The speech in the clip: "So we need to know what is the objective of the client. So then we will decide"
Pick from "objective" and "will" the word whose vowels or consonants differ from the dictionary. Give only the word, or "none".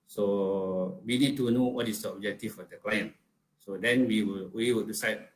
objective